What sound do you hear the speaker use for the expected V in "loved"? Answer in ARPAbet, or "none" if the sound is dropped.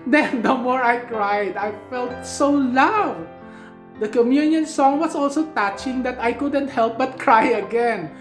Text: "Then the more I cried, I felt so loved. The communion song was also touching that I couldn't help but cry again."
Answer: none